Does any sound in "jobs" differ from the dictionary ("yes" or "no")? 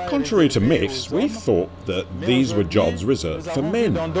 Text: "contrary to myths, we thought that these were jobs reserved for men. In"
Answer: no